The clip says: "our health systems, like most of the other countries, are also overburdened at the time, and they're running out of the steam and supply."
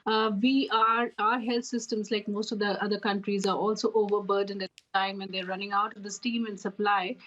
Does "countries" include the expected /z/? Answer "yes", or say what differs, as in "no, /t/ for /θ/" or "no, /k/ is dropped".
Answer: yes